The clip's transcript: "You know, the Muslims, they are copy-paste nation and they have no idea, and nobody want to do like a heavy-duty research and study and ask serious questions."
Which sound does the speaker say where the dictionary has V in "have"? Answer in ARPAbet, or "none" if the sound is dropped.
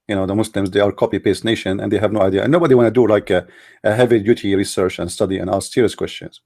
V